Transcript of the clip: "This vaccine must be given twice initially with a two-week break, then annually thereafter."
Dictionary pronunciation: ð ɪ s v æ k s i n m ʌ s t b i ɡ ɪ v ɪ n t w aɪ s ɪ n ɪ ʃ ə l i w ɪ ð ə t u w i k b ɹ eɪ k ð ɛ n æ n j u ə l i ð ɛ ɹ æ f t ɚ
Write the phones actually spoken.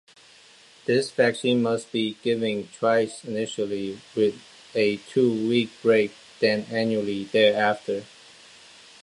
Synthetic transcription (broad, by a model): ð ɪ s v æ k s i n m ʌ s t b i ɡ ɪ v ɪ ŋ t w aɪ s ɪ n ɪ ʃ ə l i w ɪ ð ə t u w i k b ɹ eɪ k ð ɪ n æ n j u ə l i ð ɛ ɹ æ f t ɚ